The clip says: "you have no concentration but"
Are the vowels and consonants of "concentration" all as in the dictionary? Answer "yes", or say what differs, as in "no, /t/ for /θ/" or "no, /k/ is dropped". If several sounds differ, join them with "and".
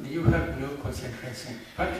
no, /s/ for /ʃ/